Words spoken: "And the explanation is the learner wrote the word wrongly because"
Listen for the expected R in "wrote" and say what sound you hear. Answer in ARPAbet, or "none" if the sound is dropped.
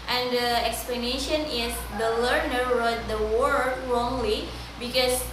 R